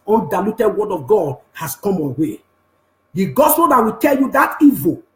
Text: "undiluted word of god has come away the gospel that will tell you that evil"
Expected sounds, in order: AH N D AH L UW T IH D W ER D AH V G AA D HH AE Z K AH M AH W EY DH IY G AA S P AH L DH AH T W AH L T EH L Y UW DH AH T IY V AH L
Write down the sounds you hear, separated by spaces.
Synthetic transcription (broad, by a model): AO N D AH L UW T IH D W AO D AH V G AA D HH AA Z K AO M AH W EY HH IY G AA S AH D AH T W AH T EH L Y UW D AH T IY V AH